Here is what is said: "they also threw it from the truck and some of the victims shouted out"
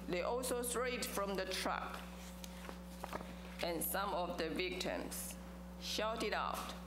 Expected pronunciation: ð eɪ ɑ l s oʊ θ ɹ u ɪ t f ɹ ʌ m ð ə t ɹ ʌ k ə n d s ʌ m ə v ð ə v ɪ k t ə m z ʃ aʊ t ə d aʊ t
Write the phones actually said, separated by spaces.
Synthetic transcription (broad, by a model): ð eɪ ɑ l s oʊ t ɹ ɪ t f ɹ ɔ m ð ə t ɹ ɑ k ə n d s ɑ m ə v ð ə v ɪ k t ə m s ʃ aʊ t ə d aʊ t